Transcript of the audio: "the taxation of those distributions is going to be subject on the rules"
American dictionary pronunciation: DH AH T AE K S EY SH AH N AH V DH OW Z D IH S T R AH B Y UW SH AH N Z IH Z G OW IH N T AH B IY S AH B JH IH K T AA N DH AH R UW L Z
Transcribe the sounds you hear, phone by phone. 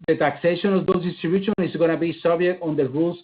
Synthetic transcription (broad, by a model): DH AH T AE K S EY SH AH N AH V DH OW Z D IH S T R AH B Y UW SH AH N IH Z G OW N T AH B IY S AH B IH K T AA N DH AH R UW L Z